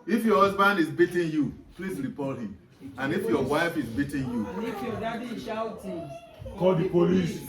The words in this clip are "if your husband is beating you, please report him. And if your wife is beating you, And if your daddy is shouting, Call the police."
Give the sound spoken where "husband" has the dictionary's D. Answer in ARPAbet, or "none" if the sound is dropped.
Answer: D